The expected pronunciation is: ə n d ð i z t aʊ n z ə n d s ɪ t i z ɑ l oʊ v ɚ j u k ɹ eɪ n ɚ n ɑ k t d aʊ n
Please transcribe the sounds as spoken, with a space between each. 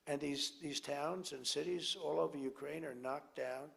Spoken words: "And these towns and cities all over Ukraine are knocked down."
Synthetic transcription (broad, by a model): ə n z ð i z t aʊ n z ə n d s ɪ t i z ɑ l oʊ v ɚ j u k ɹ eɪ n ɚ n ɑ k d aʊ n